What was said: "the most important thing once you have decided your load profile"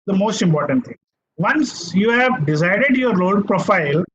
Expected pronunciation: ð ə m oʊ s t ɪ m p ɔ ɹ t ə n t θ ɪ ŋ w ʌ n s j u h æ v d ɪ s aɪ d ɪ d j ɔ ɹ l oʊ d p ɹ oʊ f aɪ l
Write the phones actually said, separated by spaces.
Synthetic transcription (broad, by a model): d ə m oʊ s t ɪ m p ɔ ɹ t ə n t t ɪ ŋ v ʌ n s j u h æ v d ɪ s aɪ d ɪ d j ɔ ɹ oʊ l p ɹ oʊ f aɪ l